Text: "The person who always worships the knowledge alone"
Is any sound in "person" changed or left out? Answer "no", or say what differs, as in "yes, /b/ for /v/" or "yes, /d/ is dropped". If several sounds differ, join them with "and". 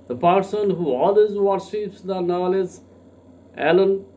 no